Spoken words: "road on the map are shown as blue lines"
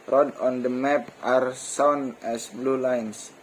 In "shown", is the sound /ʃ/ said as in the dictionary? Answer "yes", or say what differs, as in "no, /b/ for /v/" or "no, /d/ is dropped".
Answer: no, /s/ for /ʃ/